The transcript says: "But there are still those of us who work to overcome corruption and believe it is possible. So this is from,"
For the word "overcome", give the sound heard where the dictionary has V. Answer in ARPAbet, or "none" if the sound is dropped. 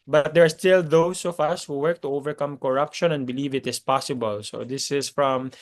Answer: V